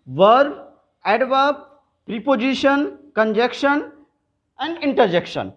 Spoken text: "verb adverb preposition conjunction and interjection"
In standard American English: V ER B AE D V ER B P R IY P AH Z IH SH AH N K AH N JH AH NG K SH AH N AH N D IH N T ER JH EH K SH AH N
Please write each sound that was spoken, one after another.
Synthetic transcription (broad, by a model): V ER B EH D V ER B P R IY P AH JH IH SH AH N K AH N JH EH K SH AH N AH N D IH N T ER JH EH K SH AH N